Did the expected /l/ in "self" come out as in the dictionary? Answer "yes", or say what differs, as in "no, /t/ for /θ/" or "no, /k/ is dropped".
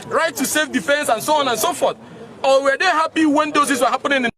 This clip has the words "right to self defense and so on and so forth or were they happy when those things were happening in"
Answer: no, /l/ is dropped